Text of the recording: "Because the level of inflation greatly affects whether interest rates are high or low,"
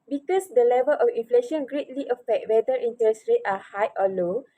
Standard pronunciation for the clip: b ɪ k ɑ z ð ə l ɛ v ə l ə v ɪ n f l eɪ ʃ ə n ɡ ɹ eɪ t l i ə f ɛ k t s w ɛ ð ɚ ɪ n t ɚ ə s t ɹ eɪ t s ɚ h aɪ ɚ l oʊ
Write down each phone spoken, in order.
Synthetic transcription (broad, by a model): b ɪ k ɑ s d ə l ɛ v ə l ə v ɪ n f l eɪ ʃ ə n ɡ ɹ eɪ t l i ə f ɛ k t w ɛ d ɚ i n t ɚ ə s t ɹ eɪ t ɑ h aɪ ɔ l oʊ